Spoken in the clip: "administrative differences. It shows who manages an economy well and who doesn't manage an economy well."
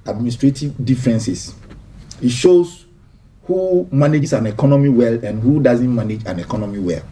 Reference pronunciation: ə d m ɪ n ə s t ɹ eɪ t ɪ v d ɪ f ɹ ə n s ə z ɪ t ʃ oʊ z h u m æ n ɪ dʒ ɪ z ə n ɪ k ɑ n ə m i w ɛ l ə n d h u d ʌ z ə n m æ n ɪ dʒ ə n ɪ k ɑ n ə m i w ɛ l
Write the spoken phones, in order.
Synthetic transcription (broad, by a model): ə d m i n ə s t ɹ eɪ t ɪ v d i f ɹ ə n s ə s ɪ t ʃ oʊ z h u m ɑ n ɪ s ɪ n ɪ k ɑ n ə m i w ɛ l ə n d h u d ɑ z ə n m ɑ n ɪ dʒ ə n ɪ k ɑ n ə m i w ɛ l